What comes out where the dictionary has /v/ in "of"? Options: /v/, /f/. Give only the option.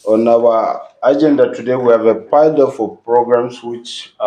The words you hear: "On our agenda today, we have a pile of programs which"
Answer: /f/